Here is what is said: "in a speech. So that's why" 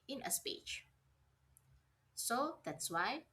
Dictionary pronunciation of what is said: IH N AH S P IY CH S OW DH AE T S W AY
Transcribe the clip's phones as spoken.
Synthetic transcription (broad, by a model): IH N AH S P IY CH S OW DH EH T S W AY